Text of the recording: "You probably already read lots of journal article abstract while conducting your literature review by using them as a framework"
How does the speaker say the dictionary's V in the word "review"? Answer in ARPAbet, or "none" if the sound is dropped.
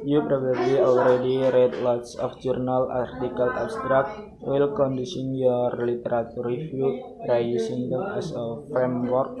F